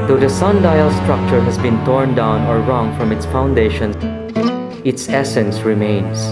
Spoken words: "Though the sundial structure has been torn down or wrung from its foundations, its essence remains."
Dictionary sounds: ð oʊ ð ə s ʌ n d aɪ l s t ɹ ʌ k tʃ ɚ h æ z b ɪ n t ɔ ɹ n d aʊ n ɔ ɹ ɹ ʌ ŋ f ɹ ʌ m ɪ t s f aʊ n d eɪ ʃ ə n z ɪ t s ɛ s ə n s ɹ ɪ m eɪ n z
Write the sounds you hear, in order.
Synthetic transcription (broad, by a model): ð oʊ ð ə s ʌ n d aɪ l s t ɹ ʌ k tʃ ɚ h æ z b ɪ n t ɔ ɹ n d aʊ n ɔ ɹ ɹ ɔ ŋ f ɹ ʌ m ɪ t s f aʊ n d eɪ ʃ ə n ɪ t s ɛ s ə n s ɹ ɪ m eɪ n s